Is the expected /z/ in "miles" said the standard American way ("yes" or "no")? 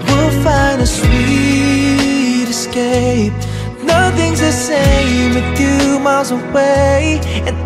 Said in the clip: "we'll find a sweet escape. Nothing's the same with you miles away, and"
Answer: yes